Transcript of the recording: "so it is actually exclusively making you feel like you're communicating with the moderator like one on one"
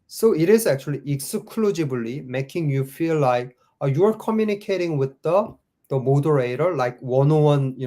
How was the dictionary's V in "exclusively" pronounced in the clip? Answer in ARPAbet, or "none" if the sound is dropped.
B